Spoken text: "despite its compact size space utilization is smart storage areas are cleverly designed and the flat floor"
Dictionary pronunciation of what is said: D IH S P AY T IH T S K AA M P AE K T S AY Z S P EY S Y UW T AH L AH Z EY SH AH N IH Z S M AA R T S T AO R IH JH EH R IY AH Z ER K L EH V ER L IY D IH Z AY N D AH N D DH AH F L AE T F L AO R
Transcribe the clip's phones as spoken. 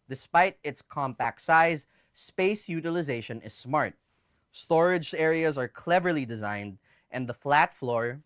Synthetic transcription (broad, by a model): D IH S P AY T IH T S K AA M P AE K T S AY Z S P EY S Y UW T AH L AH Z EY SH AH N IH Z S M AA R T S T AO R IH JH EH R IY AH Z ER K L EH V ER L IY D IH Z AY N D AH N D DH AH F L AE T F L AO R